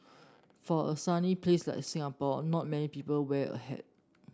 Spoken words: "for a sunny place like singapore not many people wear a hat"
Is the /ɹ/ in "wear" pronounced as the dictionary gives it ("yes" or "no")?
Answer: no